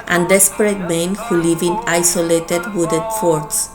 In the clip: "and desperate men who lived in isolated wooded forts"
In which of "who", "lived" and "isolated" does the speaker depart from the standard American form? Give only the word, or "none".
lived